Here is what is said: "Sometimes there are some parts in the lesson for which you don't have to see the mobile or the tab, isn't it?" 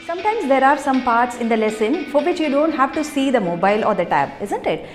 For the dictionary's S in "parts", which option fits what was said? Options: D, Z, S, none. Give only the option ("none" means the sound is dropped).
S